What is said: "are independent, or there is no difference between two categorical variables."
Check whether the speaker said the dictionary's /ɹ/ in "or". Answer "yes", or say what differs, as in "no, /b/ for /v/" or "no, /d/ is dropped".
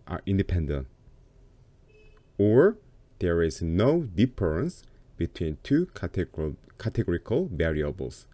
yes